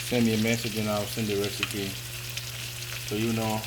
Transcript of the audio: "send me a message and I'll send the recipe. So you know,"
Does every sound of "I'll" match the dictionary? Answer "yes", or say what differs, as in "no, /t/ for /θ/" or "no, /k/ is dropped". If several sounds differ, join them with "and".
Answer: no, /w/ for /l/